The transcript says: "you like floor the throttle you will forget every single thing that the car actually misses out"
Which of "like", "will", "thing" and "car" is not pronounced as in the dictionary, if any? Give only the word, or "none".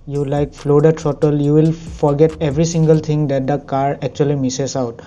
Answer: thing